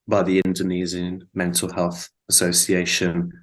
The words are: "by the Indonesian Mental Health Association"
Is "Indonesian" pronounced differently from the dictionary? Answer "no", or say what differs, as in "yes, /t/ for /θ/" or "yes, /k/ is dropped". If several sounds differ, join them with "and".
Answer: yes, /z/ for /ʒ/